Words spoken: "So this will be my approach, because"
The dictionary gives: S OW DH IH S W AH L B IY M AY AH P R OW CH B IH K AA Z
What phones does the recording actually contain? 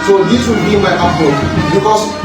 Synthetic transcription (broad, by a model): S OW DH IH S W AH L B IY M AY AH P OW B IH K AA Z